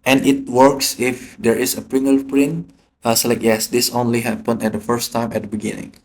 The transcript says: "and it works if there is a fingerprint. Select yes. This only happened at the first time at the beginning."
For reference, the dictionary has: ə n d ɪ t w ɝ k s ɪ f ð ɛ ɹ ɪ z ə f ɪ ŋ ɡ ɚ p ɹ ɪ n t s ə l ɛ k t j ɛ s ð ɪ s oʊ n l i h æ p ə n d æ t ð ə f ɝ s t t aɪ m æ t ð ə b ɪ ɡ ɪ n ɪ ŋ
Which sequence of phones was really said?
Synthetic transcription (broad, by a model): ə n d ɪ t w ɝ k s ɪ f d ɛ ɹ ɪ s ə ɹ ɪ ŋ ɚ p ɹ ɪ n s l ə ɪ k j ɛ s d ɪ s oʊ n l i h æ p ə n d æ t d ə f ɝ s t t aɪ m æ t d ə b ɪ ɡ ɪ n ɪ ŋ